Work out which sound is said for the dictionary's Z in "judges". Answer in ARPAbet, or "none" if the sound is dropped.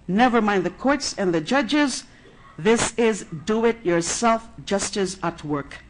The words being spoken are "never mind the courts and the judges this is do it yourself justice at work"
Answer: Z